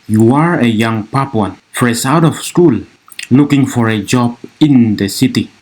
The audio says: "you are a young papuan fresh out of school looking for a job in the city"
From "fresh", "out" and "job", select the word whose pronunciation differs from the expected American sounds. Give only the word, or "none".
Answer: fresh